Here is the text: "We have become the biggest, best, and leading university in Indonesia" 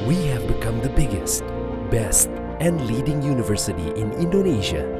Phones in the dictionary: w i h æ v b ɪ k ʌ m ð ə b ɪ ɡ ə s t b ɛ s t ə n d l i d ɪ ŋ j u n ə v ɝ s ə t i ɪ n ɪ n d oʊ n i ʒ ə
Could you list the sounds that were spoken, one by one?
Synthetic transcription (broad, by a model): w i h æ v b ɪ k ʌ m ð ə b ɪ ɡ ə s t b ɛ s t ə n d l i d ɪ ŋ j u n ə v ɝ s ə t i ɪ n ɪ n d oʊ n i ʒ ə